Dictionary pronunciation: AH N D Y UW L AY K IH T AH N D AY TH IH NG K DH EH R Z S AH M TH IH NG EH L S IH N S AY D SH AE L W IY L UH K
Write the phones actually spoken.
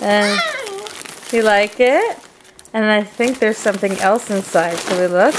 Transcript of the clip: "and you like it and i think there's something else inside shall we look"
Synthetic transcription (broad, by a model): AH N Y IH L AY K IH T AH N AY TH IH NG K DH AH R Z S AH M TH IH NG EH L S IH N S AY D S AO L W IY L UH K